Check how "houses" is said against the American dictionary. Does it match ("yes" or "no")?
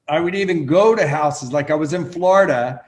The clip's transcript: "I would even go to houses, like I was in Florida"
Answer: yes